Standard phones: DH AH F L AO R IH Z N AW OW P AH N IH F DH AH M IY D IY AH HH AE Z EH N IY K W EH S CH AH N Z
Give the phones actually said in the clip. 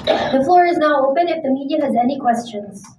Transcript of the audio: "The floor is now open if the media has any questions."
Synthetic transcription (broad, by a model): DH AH F L AO R IH Z N AW OW P AH N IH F DH AH M IY D IY AH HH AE Z EH N IY K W EH S CH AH N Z